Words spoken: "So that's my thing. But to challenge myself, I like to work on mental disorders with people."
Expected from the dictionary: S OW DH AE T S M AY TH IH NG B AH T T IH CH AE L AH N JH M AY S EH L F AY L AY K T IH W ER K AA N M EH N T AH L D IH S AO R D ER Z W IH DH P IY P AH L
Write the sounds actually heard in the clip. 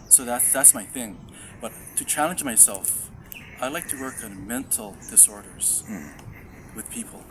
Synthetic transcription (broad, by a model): S OW DH AE T S M AY TH IH NG B AH T T IH CH AE L AH N JH M AY S EH L F AY L AY K T IH W ER K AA N M EH N T L D IH S AO R D ER Z W IH DH P IY P L